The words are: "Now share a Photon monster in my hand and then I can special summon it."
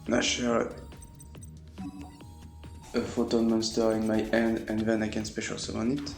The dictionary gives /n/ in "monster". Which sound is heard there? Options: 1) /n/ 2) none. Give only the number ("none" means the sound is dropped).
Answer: 1